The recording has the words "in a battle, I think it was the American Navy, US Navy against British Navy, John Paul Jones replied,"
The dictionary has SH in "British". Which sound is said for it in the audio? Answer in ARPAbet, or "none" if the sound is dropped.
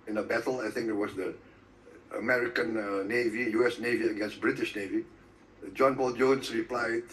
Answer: SH